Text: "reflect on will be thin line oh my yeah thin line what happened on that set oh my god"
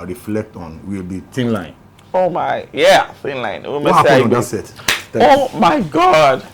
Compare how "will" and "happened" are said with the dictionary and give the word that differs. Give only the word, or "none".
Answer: happened